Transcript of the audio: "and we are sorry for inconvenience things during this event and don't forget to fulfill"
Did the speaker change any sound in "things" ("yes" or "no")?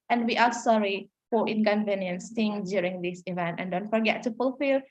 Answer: yes